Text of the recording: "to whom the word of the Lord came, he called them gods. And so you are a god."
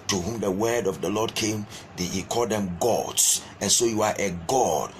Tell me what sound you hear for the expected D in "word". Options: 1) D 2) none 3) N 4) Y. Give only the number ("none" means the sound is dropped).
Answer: 1